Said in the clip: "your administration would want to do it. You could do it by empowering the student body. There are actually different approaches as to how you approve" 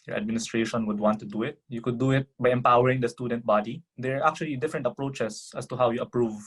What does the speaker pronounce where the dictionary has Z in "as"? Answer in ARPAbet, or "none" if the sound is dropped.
S